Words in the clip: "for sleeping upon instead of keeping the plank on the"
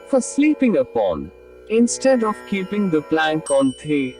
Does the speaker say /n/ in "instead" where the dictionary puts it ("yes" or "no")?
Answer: yes